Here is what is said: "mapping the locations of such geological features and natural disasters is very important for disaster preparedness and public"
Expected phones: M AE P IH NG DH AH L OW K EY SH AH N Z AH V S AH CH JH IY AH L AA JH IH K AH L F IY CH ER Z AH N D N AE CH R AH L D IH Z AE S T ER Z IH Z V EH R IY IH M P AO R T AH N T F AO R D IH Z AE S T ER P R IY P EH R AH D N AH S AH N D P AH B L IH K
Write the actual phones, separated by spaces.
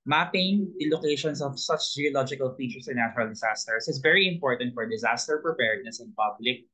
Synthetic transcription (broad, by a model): M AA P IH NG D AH L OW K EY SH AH N S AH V S AH CH JH IY AH L AA JH IH K AH L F IY CH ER S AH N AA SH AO R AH L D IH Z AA S T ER S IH S V EH R IY IH M P AO R T AH N T F AO R D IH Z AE S T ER P R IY P EH R D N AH S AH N P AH B L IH K